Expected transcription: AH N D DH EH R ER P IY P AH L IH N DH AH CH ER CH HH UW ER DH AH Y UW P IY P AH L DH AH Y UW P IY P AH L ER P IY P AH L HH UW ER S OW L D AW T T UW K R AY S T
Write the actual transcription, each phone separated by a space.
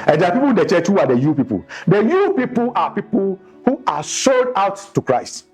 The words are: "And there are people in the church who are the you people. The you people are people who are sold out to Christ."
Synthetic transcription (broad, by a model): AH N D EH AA P IY P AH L IH N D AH CH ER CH HH UW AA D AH Y UW P IY P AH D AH Y UW P IY P AH L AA P IY P AH L HH UW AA SH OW D AW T T UW K R AY S T